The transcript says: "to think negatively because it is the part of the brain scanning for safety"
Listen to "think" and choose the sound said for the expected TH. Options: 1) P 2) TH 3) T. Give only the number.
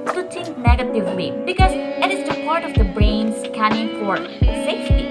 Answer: 3